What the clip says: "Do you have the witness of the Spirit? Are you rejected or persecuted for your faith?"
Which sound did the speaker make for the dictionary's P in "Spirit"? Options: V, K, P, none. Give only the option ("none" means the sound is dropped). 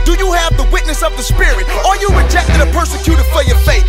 P